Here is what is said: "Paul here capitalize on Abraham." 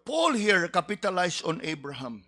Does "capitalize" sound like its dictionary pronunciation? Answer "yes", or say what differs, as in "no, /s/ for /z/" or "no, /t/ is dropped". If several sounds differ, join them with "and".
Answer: no, /s/ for /z/